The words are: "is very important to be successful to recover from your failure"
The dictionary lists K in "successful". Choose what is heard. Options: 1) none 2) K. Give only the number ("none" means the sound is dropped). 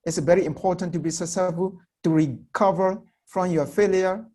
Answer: 1